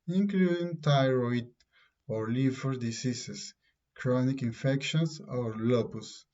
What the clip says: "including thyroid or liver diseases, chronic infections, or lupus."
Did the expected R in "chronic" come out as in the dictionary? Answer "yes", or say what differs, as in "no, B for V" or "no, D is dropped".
yes